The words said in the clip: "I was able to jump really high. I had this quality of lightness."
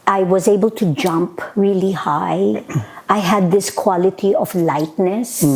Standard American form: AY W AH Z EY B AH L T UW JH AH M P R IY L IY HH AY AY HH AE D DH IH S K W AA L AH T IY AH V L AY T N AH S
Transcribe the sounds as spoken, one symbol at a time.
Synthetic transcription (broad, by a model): AY W AH Z EY B AH L T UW JH AH M P R IY L IY HH AY AY HH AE D DH IH S K W AA L AH T IY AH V L AY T N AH S